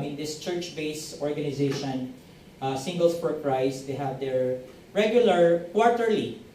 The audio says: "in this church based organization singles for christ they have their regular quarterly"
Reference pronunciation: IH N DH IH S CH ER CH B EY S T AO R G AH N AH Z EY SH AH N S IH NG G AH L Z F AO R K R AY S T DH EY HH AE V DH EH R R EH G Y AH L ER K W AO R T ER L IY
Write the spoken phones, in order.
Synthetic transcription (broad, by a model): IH N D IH S CH ER CH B EY S AO R G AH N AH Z EY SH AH N S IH NG G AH L S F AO R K R AY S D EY HH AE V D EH R R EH G Y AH L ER K W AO R T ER L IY